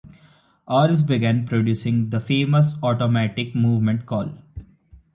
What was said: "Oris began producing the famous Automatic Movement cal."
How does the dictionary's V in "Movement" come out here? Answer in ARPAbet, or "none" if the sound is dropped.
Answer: V